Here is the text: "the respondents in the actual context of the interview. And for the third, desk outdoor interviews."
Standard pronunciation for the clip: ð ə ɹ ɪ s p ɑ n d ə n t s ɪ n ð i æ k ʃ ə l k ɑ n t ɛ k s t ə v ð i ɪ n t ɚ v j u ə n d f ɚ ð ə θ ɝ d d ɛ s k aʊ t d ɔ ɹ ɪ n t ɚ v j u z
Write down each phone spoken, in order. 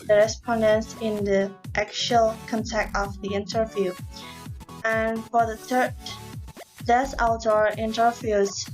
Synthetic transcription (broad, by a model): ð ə ɹ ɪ s p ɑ n d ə n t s ɪ n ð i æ k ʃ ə l k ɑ n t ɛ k t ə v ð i ɪ n t ɚ v j u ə n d f ɚ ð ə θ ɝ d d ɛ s aʊ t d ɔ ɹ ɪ n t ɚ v j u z